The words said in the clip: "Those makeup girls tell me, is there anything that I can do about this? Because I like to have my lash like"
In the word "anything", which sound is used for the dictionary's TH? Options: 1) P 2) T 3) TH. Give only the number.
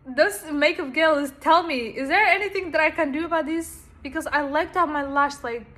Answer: 3